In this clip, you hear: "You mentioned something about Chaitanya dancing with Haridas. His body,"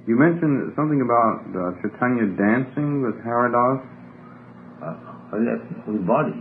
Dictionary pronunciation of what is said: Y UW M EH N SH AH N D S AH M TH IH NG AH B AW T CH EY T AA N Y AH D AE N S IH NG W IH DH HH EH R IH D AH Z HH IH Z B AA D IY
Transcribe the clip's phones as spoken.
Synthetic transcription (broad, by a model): Y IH M EH N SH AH N S AH M TH IH NG AH B AW T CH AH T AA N Y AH D AE N S IH NG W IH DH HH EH R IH D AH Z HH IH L B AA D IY